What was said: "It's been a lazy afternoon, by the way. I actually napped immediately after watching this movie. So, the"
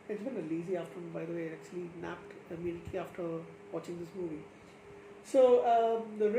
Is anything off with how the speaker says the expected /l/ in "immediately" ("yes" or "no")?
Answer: yes